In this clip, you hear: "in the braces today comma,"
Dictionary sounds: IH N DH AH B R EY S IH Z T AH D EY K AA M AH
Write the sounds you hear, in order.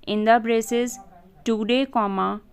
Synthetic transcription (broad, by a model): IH N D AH B R EY S IH Z T AH D EY K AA M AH